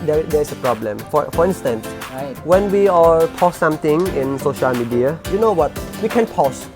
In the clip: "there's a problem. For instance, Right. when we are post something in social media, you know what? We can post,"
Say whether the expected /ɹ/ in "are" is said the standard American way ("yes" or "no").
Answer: no